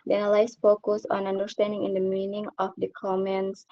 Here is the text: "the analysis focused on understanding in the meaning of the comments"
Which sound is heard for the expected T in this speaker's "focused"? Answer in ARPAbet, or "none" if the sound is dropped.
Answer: none